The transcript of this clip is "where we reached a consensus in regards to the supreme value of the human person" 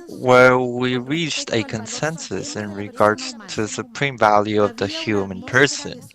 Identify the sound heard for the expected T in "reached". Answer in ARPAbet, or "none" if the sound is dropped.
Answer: T